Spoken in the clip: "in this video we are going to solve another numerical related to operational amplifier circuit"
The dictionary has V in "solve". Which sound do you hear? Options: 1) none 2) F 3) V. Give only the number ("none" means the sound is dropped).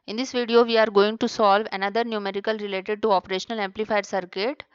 3